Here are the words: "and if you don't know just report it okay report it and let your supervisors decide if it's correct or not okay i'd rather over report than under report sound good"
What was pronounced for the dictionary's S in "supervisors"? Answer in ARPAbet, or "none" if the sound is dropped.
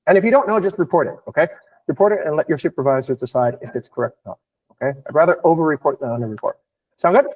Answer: SH